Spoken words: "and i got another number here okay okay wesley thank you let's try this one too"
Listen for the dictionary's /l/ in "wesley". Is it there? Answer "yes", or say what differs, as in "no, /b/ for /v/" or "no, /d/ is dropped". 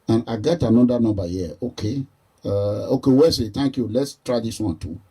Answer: no, /l/ is dropped